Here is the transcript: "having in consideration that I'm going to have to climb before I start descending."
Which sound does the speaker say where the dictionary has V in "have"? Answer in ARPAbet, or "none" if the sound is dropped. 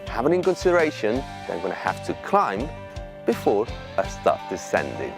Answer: F